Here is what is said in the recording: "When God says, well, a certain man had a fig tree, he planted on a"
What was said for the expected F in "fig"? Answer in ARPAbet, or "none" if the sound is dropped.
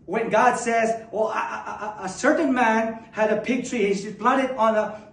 P